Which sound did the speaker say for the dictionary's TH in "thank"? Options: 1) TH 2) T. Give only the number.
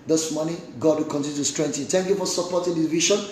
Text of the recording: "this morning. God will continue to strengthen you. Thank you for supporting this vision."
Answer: 2